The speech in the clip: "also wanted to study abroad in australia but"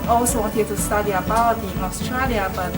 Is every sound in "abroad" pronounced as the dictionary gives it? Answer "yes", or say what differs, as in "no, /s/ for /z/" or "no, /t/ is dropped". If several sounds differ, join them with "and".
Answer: no, /ɹ/ is dropped